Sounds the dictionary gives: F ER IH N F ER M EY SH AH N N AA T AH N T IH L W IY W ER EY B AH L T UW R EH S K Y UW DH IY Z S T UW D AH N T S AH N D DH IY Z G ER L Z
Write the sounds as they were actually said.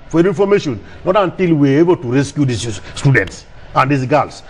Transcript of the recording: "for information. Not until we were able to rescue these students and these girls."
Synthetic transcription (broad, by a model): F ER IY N F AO M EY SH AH N N AA T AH N T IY L W IY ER EY B AH L T UW R EH S K Y UW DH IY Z S T UW D AH N T S AH N D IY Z G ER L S